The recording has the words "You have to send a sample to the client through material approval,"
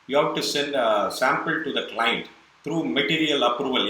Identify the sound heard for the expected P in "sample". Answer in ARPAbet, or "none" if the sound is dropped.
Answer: P